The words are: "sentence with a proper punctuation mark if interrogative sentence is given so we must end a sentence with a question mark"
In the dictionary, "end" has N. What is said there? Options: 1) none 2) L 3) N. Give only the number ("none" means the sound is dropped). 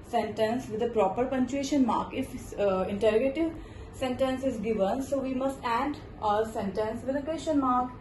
1